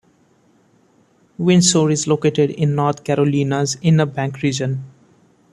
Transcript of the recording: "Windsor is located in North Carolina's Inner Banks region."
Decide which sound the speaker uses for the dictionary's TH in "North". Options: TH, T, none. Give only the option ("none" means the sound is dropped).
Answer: T